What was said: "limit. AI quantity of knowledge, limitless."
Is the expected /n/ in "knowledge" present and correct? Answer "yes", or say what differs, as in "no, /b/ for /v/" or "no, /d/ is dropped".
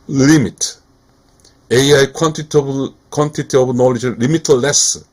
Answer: yes